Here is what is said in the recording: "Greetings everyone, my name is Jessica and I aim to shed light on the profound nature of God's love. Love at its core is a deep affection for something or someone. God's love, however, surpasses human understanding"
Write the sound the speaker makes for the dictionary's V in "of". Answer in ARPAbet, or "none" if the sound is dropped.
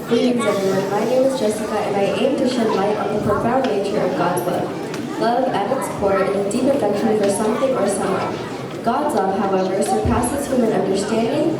V